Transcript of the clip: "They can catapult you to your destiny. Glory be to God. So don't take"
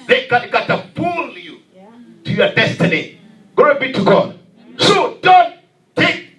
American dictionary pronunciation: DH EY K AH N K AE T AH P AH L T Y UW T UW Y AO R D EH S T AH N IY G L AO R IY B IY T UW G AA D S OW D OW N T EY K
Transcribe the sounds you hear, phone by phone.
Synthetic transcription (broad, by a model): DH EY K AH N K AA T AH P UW L Y UW T UW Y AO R D EH S T AH N IY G AO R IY B IY T UW G AA D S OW D OW N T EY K